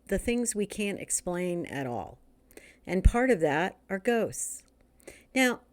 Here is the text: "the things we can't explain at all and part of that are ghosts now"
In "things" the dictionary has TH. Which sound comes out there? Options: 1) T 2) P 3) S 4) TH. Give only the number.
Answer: 4